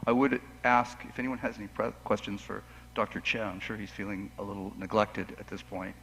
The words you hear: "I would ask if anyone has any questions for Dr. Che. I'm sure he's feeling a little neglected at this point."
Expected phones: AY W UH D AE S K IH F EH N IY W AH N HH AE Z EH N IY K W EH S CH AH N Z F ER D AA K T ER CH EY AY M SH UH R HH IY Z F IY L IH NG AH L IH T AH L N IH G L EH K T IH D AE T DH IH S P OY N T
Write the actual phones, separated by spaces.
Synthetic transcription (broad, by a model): AY W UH D AE S K IH F EH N IY W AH N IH Z EH N IY K W EH S CH AH N Z F ER D AA K T ER CH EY AY M SH UH R HH IY Z F IY L IH NG AH L IH T L N IH G L EH K T IH D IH T DH IH S P OY N T